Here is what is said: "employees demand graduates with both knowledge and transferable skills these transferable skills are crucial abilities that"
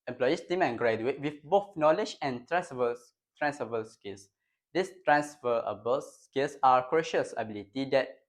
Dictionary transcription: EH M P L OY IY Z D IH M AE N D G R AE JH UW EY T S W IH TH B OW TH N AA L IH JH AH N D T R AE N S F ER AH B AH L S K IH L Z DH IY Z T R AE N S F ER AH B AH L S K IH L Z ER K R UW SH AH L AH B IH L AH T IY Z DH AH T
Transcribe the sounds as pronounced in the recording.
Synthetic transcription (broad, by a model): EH M P L OY IY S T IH M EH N G R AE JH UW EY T W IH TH B OW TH N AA L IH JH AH N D T R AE N S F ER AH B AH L S K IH L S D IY S T R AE N S F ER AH B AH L S K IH L S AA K R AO SH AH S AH B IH L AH T IY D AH T